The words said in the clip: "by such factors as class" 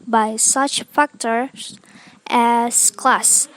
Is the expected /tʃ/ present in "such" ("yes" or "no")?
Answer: yes